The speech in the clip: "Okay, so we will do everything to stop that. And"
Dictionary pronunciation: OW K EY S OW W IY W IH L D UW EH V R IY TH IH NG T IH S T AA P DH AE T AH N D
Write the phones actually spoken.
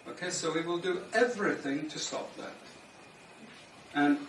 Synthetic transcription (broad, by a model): OW K EY S OW W IY W IH L D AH EH V R IY TH IH NG T IH S T AA P DH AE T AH N